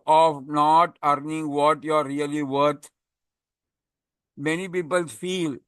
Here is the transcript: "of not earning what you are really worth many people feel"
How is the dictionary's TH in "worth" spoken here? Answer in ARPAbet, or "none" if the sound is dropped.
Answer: T